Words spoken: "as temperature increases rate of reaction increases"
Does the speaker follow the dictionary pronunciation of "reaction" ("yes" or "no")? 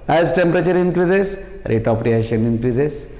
no